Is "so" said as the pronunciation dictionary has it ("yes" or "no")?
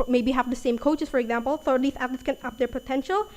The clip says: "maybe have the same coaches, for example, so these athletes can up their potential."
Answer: no